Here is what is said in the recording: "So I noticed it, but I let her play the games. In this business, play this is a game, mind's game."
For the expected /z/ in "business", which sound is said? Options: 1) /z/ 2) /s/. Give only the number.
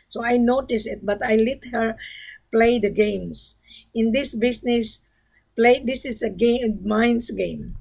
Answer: 2